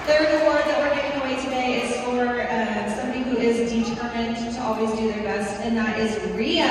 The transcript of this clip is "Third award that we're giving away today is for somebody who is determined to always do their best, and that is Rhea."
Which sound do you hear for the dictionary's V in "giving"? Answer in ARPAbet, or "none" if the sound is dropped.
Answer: none